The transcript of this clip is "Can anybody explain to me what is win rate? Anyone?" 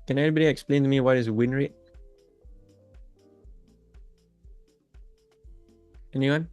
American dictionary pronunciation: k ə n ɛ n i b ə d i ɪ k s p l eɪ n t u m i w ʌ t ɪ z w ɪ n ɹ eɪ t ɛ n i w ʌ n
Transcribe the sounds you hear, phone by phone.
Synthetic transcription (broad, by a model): k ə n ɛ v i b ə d i ɪ k s p l eɪ n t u m i w ʌ t ɪ z w ɪ n ɹ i ɛ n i w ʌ n